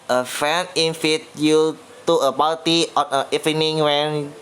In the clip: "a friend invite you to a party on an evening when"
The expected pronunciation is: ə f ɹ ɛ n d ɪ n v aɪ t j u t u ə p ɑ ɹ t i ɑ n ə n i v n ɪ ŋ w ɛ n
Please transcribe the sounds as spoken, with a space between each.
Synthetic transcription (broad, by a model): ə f ɛ n ɪ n f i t j u t u ə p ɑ l t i ɑ n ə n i f n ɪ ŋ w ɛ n